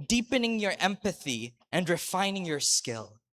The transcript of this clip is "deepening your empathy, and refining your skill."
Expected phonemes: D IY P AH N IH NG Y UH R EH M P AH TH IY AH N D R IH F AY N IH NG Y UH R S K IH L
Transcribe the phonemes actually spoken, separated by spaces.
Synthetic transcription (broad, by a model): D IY P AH N IH NG Y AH R EH M P AH TH IY AH N D R IH F AY N IH NG Y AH R S K IH L